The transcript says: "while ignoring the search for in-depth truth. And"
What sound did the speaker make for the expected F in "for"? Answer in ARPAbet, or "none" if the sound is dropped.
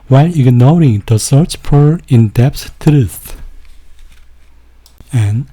P